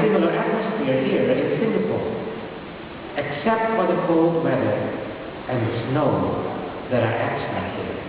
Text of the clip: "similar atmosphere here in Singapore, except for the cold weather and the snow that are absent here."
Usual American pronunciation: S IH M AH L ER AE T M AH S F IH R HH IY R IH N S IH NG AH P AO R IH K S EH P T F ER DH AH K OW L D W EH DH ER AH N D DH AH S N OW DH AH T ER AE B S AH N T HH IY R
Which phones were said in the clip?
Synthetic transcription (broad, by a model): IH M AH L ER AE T M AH S F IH R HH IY R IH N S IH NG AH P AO L IH K S EH P T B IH DH AH K OW L D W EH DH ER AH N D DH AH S N OW DH AH T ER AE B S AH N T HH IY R